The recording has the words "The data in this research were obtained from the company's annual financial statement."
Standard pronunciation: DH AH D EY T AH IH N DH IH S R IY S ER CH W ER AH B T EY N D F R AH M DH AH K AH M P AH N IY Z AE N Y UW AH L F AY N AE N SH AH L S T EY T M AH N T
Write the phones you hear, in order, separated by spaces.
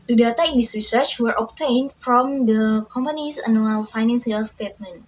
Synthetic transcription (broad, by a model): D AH D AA T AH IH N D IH S R IY S ER CH W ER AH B T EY N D F R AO M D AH K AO M P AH N IY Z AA N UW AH L F AY N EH N S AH L S T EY T M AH N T